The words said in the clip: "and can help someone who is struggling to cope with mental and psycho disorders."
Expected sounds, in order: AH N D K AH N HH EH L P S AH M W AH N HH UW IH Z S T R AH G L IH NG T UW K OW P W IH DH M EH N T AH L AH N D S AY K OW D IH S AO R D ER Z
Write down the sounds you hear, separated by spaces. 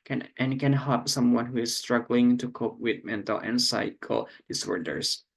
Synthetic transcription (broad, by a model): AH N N K AH N HH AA P S AH M W AH N HH UW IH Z S T R AH G L IH NG T UW K OW P W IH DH M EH N T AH L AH N S AY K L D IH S AO R D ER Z